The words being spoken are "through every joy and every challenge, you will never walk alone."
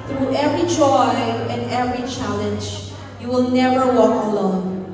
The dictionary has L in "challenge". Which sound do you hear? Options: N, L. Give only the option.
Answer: L